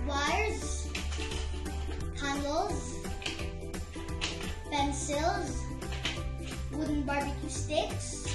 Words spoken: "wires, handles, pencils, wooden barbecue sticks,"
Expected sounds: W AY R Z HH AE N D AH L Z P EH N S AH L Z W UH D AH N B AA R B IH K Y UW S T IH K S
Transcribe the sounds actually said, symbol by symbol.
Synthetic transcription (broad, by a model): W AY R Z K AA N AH L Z P EH N S AH L Z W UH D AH N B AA R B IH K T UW S T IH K S